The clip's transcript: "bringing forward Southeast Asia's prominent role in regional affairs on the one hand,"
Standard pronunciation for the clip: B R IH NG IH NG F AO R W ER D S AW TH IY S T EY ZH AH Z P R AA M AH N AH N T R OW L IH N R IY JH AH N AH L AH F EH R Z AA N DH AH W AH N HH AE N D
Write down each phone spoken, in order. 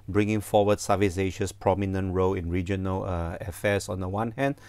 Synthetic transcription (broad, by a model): B R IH NG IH NG F AO W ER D S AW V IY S EY SH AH S P R AA M AH N AH N T R OW L IH N R IY JH AH N AH L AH F EH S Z AA N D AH W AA N HH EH N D